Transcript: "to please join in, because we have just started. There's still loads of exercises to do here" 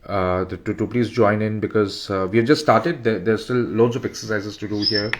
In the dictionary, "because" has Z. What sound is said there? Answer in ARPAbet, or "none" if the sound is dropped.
Z